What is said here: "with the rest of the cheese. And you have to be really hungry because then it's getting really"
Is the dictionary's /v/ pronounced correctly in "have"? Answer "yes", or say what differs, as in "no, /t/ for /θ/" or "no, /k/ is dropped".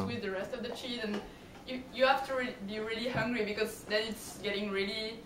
no, /f/ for /v/